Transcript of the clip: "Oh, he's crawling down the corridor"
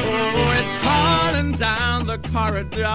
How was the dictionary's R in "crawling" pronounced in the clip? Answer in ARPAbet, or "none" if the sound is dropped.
none